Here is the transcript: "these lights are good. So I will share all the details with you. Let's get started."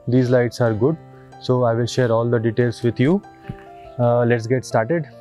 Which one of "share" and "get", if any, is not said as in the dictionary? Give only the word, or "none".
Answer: none